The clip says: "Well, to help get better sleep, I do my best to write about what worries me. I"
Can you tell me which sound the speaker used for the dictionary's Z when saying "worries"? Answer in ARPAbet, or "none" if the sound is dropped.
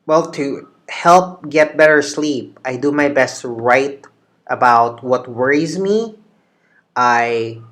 Z